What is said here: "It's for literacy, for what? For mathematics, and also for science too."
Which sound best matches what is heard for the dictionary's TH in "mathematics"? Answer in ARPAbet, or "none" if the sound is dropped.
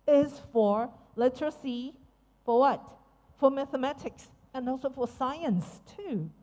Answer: TH